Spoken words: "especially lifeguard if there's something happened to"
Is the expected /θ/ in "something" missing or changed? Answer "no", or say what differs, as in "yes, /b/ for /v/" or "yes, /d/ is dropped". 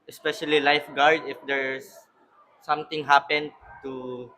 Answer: yes, /t/ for /θ/